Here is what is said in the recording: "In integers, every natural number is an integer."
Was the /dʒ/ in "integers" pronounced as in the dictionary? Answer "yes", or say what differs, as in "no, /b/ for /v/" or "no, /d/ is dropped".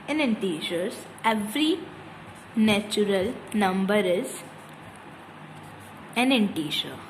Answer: no, /ʃ/ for /dʒ/